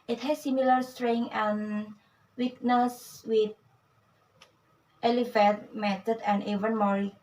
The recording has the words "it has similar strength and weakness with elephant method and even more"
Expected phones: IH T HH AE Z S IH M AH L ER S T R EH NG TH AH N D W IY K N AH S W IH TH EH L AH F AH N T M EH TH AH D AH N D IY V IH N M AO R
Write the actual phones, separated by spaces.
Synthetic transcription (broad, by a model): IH T HH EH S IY M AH L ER S T R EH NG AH N W IY K N AH S W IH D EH L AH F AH T M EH T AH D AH N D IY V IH N M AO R